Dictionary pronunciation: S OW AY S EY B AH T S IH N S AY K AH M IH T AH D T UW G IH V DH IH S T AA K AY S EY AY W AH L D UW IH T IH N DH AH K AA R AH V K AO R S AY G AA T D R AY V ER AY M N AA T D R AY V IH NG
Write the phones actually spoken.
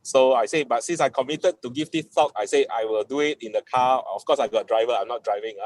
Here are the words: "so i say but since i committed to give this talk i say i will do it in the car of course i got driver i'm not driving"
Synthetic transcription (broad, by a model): S OW AY S EY B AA T S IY N S AY K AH M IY T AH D T UW G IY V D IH T AA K AY S EY AY W AH L D UW IH T IH N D AH K AA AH F K AO S AY G AA T D R AY V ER AY M N AA T D R AY V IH NG